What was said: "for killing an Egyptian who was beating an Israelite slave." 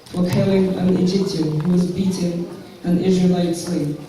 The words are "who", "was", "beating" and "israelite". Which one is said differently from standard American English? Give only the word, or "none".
none